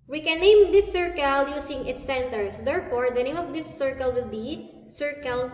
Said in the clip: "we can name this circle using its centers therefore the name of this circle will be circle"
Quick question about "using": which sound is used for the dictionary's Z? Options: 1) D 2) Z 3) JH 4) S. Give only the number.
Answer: 4